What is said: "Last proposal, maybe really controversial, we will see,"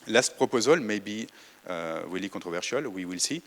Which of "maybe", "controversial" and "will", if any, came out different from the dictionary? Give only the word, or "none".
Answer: controversial